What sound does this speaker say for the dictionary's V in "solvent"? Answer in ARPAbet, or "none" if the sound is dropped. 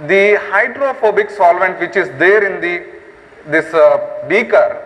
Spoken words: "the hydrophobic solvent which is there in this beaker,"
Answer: V